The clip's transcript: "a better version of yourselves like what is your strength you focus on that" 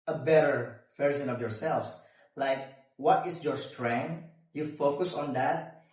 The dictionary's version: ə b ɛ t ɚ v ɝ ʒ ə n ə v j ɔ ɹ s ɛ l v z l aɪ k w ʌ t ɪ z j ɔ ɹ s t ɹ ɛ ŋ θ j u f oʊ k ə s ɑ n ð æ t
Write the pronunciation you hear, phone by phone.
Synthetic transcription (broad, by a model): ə b ɛ t ɚ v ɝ s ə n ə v j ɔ ɹ s ɛ l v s l aɪ k w ʌ t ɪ s j ɔ ɹ s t ɹ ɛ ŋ j u f oʊ k ə s ɑ n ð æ t